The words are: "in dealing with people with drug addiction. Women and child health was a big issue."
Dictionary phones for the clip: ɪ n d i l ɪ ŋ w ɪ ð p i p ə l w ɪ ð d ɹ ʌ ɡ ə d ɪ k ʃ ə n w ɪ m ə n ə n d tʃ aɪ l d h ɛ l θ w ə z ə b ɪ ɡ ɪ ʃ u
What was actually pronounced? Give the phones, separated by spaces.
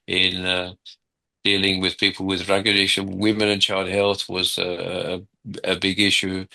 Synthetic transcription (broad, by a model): ɪ n d i l ɪ ŋ w ɪ ð p i p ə l w ɪ ð ɹ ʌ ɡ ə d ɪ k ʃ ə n w ɪ m ə n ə n tʃ aɪ l d h ɛ l θ w ə z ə b ɪ ɡ ɪ ʃ u